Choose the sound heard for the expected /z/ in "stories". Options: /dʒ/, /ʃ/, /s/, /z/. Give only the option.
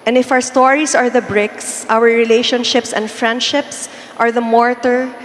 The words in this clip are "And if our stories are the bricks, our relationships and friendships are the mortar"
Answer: /s/